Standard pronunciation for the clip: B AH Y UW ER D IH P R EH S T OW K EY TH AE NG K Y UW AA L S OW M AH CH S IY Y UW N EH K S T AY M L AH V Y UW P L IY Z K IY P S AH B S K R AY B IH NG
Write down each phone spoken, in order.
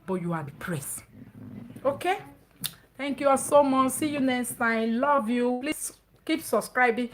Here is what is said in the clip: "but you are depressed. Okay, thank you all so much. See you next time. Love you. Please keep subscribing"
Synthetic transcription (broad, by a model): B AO Y UW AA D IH P R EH S OW K EY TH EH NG K Y UW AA S OW M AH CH S IY Y UW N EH S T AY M L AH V Y UW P L IY S K IY P S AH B S K R AY B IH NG